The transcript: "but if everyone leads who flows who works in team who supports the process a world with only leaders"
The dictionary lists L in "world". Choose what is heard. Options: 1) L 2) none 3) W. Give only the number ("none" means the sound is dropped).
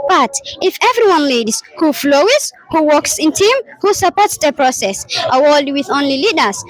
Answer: 2